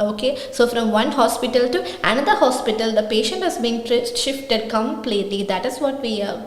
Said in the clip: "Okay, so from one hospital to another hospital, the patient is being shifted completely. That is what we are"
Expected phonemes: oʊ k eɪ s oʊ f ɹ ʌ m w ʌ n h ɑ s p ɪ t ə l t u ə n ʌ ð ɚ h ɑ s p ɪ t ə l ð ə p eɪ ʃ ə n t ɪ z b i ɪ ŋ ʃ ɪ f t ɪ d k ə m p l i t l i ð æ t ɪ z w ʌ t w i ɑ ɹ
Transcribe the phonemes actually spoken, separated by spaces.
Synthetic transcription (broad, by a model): oʊ k eɪ s oʊ f ɹ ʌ m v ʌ n h ɑ s p ɪ t ə l t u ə n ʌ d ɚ h ɑ s p ɪ t ə l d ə p eɪ ʃ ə n t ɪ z b i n ʃ ɪ f t ɪ d k ə m p l i t l i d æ t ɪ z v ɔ t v i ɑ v